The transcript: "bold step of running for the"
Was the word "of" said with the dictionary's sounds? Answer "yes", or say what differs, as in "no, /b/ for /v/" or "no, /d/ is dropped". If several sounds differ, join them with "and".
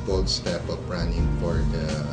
no, /p/ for /v/